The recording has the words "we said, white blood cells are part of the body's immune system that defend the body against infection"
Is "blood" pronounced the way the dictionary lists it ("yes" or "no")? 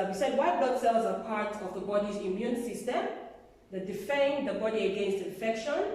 no